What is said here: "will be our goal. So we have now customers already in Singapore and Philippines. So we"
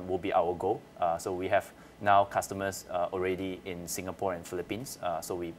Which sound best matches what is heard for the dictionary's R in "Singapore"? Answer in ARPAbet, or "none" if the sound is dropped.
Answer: R